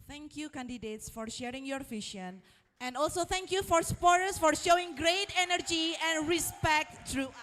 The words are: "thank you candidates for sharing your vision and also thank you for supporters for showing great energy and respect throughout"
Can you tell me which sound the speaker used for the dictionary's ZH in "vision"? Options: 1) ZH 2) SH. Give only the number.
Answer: 2